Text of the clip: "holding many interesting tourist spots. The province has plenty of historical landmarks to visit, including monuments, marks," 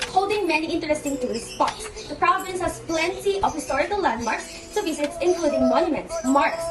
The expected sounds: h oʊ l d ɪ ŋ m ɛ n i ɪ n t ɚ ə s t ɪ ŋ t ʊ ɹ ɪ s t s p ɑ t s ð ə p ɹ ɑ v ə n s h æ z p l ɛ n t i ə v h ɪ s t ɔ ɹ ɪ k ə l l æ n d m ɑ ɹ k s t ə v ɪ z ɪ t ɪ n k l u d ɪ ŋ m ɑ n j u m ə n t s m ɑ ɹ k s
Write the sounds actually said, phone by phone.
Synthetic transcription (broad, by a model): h oʊ l d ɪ ŋ m ɛ n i ɪ n t ɚ ə s t ɪ ŋ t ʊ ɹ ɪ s s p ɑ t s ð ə p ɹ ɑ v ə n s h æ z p l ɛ n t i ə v h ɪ s t ɔ ɹ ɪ k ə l l æ n d m ɑ ɹ k s t ə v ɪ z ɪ t ɪ n k l u d ɪ ŋ m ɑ n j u m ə n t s m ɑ ɹ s